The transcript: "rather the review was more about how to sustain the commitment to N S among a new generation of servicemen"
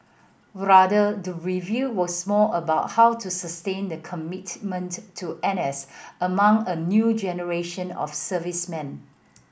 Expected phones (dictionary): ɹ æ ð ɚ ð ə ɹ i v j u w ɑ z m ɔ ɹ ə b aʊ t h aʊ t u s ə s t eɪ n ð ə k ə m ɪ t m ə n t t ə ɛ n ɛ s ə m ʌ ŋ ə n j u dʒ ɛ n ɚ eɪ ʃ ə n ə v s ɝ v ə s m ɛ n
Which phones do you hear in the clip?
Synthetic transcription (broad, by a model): ɹ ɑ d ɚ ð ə ɹ i v j u w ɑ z m ɔ l ə b aʊ t h aʊ t u s ə s t eɪ n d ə k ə m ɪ t m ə n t t ɛ n ɛ s ə m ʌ ŋ ə n j u dʒ ɛ n ɚ eɪ ʃ ə n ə f s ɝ v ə s m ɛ n